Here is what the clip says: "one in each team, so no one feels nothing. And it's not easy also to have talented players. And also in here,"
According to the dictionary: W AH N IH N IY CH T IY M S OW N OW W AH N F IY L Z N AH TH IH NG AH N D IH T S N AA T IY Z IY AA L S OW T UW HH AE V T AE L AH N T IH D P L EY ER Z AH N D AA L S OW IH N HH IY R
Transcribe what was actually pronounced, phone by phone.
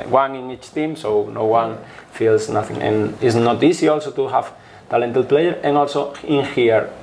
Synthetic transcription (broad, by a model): W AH N IH N IY CH T IY M S OW N OW W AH N F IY L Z N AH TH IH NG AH N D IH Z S N AA T IY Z IY AA L S OW T UW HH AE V T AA L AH N T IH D P L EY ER AH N AA L S OW IH N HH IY R